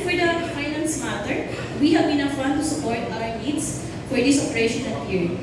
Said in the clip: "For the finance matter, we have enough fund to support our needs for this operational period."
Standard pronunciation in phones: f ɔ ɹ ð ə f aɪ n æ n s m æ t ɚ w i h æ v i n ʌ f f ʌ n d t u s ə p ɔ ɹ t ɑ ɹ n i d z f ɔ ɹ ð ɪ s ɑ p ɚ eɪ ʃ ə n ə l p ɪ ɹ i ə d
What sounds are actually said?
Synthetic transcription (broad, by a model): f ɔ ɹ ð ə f aɪ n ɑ n s m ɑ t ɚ w i h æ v i n ʌ f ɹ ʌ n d t u s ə p ɔ ɹ t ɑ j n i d s f ɔ ɹ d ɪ s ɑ p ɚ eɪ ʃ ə n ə n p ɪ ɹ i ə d